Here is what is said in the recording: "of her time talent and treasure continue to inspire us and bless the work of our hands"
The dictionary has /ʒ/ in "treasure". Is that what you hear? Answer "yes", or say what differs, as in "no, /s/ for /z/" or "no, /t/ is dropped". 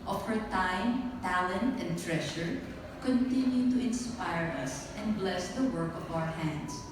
no, /ʃ/ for /ʒ/